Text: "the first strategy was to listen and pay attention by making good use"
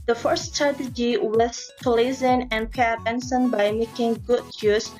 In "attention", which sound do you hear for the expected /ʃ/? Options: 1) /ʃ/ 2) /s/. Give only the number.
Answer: 2